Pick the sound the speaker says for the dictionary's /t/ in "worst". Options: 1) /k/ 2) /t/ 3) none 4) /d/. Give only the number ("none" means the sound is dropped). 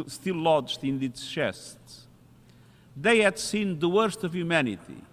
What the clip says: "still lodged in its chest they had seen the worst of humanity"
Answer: 2